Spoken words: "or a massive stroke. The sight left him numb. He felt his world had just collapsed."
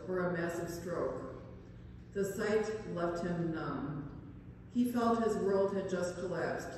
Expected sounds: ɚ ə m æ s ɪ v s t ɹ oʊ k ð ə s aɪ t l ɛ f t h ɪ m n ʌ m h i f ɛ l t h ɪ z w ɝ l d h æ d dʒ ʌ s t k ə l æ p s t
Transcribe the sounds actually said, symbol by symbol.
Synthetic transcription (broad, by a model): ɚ ə m æ s ɪ v s t ɹ oʊ k ð ə s aɪ t l ɛ f t h ɪ m n ʌ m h i f ɛ l t h ɪ z w ɝ l d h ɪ d dʒ ʌ s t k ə l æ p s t